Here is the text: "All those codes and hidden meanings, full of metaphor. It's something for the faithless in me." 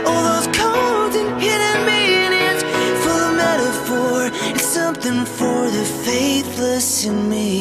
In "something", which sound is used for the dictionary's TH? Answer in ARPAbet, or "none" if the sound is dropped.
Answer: TH